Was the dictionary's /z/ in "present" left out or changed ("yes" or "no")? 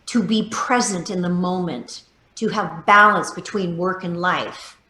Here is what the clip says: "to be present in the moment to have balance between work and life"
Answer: no